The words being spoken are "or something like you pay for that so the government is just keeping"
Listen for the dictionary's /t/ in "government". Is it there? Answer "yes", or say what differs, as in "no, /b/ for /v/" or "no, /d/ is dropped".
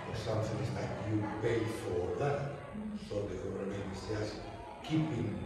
no, /t/ is dropped